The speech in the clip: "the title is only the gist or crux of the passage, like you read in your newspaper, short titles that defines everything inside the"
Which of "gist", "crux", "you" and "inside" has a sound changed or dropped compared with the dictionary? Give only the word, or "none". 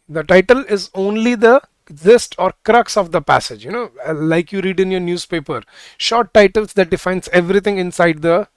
gist